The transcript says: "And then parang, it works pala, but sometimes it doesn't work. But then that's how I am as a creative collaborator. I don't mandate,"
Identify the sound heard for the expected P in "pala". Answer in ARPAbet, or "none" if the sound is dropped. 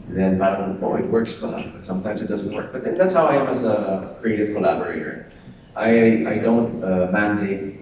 F